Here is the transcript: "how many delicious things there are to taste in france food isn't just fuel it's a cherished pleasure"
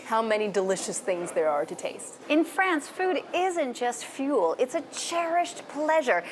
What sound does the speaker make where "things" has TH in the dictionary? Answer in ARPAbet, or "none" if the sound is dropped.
TH